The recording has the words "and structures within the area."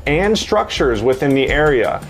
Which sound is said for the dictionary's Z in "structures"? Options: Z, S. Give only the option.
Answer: Z